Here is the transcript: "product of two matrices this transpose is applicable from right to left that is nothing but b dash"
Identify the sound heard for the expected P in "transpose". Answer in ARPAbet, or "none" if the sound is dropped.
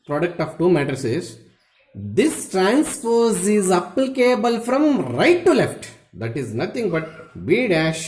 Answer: F